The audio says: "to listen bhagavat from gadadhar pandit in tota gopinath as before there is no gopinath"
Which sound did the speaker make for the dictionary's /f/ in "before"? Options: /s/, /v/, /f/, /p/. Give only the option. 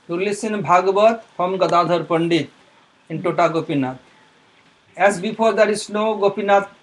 /p/